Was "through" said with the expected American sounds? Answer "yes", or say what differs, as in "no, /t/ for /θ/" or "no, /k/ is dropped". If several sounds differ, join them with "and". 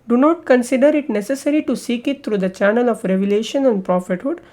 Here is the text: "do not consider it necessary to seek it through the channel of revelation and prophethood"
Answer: no, /t/ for /θ/